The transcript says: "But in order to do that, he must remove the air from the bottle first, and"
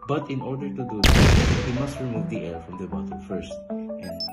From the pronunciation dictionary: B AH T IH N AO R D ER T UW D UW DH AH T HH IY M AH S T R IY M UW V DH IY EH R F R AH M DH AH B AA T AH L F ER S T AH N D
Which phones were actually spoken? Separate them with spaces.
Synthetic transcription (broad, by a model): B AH T IH N AO R D ER T UW D UW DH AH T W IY M AH S T R IY M UW V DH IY EH R F R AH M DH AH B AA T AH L F ER S T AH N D